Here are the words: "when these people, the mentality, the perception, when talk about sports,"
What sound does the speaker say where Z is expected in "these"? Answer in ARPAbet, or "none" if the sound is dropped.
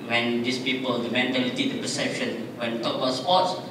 S